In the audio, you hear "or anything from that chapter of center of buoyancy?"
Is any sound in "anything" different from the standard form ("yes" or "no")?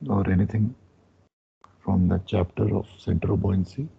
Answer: yes